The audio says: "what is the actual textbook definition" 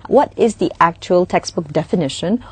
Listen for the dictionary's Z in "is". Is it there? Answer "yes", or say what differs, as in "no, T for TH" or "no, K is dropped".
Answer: yes